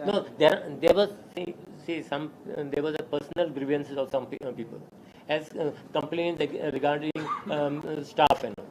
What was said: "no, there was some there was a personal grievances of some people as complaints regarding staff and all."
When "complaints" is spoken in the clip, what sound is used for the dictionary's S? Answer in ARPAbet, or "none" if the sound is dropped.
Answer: none